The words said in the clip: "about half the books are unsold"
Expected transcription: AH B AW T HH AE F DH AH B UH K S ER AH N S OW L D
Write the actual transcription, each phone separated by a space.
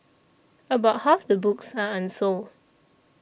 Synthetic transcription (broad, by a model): AH B AW T HH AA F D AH B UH K S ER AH N S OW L